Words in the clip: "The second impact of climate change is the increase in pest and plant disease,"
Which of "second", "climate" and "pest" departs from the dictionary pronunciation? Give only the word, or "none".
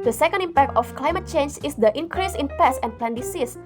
pest